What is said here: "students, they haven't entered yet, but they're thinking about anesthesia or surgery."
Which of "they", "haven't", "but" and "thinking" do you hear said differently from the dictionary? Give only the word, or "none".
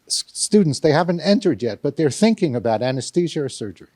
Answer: none